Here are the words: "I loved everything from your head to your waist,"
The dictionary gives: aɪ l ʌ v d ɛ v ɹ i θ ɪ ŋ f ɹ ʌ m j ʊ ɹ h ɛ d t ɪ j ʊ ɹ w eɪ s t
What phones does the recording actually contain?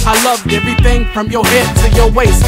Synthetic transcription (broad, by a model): aɪ l ʌ v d ɛ v ɹ i θ ɪ ŋ f ɹ ʌ m j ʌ ɹ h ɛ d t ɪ j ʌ ɹ w eɪ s